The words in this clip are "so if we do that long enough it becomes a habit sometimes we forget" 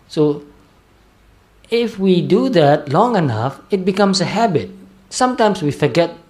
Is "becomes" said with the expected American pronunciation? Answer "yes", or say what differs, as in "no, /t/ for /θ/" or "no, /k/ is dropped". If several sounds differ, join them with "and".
no, /s/ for /z/